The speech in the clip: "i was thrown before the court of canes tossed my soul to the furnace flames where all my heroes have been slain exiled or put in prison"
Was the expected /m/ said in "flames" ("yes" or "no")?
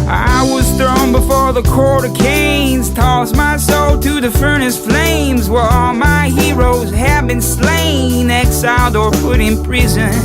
yes